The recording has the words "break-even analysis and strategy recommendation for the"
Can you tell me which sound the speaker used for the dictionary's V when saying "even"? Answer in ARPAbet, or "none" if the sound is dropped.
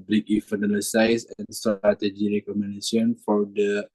F